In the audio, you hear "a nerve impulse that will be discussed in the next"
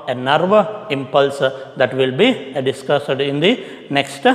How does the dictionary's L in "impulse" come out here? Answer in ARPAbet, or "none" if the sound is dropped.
L